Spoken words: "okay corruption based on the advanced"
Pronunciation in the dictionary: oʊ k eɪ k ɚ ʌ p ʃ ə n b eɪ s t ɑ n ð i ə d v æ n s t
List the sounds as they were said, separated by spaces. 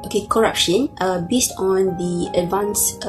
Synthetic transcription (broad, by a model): oʊ k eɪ k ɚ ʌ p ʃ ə n b eɪ s t ɑ n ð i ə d v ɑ n s